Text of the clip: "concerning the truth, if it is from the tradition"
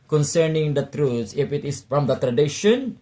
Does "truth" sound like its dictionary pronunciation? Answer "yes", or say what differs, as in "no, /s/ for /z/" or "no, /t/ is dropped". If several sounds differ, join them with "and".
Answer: no, /s/ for /θ/